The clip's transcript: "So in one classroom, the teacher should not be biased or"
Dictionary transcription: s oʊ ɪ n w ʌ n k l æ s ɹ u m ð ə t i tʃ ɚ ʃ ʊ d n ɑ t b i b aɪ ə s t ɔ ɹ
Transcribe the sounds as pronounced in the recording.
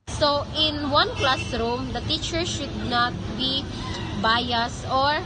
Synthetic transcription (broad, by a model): s oʊ ɪ n w ʌ n k l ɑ s ɹ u m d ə t i tʃ ɚ ʃ ʊ d n ɑ t b i b aɪ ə s ɔ ɹ